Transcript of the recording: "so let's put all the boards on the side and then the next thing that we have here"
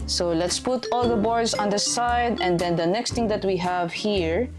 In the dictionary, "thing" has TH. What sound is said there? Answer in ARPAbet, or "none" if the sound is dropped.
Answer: T